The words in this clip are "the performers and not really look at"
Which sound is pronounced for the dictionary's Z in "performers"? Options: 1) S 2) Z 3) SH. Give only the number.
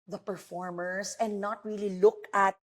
1